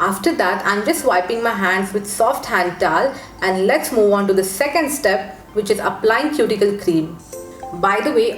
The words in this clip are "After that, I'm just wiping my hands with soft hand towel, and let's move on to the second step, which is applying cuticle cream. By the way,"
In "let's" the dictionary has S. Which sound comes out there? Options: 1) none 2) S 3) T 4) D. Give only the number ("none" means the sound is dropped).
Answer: 2